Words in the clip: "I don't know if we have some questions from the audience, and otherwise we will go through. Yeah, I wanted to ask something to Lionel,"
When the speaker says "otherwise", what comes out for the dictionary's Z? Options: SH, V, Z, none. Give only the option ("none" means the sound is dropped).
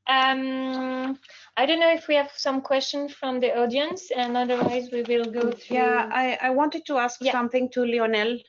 Z